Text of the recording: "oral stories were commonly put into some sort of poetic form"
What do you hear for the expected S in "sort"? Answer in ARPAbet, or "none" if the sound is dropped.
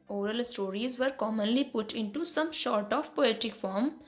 SH